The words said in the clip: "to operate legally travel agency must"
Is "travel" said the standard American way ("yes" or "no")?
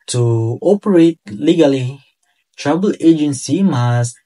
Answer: no